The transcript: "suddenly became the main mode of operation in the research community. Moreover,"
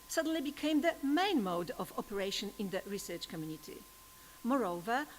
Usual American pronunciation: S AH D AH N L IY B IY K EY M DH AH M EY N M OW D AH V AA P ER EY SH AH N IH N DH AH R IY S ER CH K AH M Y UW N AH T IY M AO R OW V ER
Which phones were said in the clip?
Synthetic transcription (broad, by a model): S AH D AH N L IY B IY K EY M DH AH M EY N M OW D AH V AA P ER EY SH AH N IH N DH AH R IY S ER CH K AH M Y UW N AH T IY M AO R OW V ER